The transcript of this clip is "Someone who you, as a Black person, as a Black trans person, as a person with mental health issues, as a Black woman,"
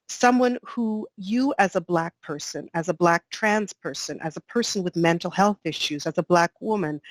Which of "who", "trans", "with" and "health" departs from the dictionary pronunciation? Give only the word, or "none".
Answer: none